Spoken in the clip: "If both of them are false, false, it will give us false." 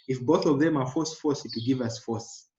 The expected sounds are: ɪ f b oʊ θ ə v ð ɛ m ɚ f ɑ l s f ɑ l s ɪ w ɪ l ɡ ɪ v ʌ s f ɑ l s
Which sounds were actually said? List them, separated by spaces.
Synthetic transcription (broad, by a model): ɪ f b oʊ θ ə v ð ɛ m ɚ f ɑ s f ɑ s ɪ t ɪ ɡ ɪ v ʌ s f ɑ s